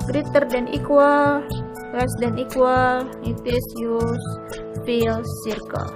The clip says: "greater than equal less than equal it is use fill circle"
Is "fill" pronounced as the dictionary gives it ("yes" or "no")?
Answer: no